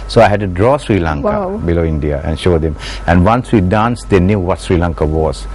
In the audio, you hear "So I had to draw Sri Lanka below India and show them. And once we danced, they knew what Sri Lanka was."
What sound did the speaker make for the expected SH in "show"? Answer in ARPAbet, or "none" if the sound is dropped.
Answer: SH